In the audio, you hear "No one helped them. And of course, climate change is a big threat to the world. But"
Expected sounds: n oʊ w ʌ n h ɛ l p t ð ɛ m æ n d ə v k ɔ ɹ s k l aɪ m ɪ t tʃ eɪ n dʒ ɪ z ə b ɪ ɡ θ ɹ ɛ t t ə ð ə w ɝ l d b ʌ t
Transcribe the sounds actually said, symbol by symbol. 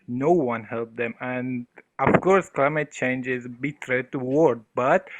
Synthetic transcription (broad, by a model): n oʊ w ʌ n h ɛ l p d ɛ m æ n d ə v k ɔ ɹ s k l aɪ m ɪ t tʃ eɪ n dʒ ɪ z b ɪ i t t ə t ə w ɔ d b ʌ t